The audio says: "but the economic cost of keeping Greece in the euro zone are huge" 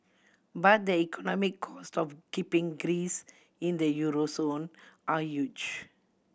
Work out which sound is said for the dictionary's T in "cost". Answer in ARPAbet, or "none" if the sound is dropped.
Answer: T